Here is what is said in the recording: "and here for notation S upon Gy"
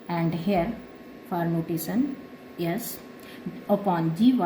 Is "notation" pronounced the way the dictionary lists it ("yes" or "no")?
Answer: no